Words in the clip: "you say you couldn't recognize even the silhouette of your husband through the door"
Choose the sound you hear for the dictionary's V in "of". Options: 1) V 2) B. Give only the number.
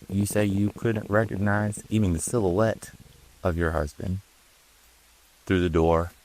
1